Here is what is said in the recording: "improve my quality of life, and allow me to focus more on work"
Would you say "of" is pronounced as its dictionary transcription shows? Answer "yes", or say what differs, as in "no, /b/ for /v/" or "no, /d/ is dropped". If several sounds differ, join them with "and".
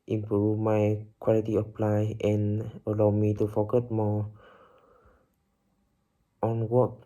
no, /p/ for /v/